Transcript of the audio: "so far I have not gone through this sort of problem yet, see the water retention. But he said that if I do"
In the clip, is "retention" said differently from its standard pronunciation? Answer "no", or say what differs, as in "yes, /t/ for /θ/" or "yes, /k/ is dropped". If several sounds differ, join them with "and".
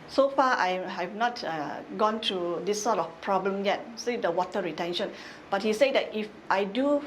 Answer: no